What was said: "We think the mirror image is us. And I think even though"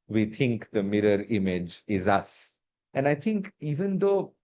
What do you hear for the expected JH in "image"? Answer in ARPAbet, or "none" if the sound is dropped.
JH